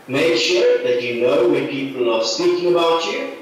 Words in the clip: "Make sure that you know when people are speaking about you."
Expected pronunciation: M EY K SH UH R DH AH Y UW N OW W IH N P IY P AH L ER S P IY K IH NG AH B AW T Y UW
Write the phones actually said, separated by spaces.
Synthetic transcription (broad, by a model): M EY K SH UH R DH AH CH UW N OW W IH P IY P AH L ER S P IY K IH NG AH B AW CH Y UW